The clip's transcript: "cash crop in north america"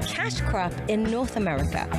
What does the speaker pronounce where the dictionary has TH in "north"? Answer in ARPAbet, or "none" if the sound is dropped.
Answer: TH